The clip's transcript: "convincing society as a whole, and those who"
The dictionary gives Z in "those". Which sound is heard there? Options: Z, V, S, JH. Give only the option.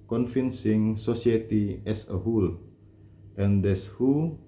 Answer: S